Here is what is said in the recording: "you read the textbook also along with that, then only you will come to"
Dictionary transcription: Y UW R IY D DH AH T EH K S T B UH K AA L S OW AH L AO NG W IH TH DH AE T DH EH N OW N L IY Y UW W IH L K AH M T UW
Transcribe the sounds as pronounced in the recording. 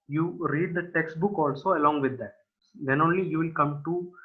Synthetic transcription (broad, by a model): Y UW R IY D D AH T EH K S T B UH K AA L S OW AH L AO NG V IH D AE T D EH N OW N L IY Y UW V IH L K AH M T UW